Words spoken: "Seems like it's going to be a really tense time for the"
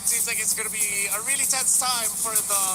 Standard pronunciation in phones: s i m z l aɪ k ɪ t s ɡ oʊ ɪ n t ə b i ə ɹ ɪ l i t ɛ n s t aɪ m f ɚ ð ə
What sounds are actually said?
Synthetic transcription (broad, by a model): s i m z l aɪ k ɪ t s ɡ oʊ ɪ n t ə b i ə ɹ ɪ l i t ɛ n s t aɪ m f ɚ ð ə